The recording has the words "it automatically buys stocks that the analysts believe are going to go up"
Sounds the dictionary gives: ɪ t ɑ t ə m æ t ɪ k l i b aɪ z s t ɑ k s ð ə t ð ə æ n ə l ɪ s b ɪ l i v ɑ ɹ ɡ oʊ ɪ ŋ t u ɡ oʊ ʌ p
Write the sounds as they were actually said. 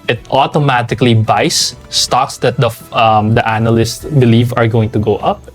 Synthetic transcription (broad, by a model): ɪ t ɑ t ə m æ t ɪ k l i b aɪ s t ɑ k s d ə t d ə æ n ə l ɪ s b ɪ l i v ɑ ɹ ɡ oʊ ɪ ŋ t u ɡ oʊ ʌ p